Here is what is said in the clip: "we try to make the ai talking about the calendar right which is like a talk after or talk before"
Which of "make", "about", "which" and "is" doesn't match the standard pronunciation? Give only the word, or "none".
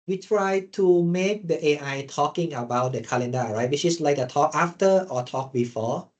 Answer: is